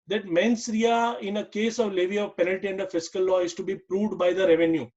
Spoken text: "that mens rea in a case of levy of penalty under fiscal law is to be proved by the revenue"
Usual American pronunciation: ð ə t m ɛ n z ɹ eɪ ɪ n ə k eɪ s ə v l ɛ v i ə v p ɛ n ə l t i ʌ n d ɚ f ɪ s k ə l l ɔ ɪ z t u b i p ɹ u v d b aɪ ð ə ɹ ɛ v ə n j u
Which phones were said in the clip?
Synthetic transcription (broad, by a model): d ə t m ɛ n s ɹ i ɪ n ə k eɪ s ə v l ɛ v i ə v p ɛ n ə l t i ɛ n d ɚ f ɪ s k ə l l ɔ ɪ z t u b i p ɹ u v d b aɪ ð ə ɹ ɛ v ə n j u